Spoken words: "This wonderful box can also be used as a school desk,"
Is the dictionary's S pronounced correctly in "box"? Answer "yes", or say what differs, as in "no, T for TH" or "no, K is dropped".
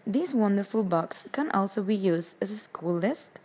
yes